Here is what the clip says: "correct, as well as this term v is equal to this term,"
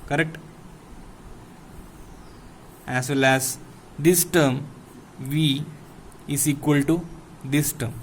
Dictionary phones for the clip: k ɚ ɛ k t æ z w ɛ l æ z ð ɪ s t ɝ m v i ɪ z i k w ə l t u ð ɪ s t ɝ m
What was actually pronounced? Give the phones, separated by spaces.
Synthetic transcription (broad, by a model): k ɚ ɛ k t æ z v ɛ l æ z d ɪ s t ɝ m v i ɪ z i k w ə l t u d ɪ s t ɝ m